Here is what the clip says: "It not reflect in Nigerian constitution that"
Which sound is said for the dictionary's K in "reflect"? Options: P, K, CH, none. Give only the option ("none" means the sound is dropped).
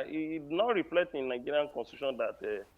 none